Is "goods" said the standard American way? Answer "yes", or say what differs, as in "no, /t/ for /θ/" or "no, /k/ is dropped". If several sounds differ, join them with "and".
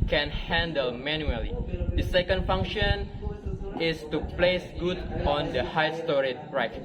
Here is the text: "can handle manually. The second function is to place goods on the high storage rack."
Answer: no, /z/ is dropped